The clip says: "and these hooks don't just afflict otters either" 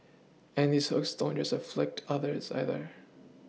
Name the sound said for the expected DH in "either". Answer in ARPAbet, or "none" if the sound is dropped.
DH